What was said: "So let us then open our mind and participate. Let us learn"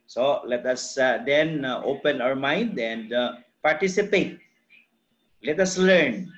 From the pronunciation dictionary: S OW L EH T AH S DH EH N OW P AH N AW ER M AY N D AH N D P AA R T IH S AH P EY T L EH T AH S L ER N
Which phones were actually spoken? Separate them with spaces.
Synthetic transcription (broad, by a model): S OW L EH T AH S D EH N OW P AH N AW ER M AY N D AH N D P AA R T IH S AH P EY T L EH T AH S L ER N